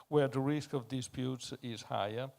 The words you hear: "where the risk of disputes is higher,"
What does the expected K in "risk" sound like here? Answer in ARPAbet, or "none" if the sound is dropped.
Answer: K